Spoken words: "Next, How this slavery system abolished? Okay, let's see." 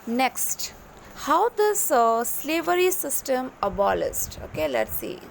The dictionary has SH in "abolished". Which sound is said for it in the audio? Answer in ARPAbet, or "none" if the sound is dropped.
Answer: S